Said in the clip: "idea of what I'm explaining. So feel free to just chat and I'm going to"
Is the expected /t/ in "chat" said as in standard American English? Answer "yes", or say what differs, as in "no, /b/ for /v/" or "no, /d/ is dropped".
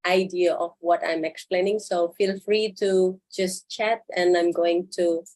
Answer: yes